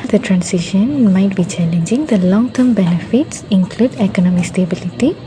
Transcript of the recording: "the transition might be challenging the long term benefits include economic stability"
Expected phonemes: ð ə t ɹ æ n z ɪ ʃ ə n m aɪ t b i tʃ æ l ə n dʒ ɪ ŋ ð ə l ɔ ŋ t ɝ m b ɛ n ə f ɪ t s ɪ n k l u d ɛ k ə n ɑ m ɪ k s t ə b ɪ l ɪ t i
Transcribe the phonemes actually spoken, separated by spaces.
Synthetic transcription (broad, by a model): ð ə t ɹ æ n s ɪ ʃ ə n m aɪ t b i tʃ æ l ə n dʒ ɪ ŋ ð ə l ɔ ŋ t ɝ m b ɛ n ə f ɪ t s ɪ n k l u d ɛ k ə n ɑ m ɪ k s t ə b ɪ l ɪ t i